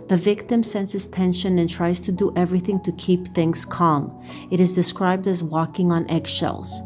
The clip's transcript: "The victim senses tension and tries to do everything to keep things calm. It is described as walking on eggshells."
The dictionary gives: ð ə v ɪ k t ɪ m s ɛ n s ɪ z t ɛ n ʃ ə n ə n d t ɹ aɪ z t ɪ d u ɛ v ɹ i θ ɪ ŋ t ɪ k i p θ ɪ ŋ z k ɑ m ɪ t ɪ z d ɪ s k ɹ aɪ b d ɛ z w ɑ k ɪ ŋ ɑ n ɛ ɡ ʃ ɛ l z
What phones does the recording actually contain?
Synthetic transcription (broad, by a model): ð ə v ɪ k t ɪ m s ɛ n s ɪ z t ɛ n ʃ ə n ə n t ɹ aɪ z t ɪ d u ɛ v ɹ i θ ɪ ŋ t ɪ k i p θ ɪ ŋ z k ɑ m ɪ t ɪ z d ɪ s k ɹ aɪ b d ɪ z w ɑ k ɪ ŋ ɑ n ɛ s ʃ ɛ l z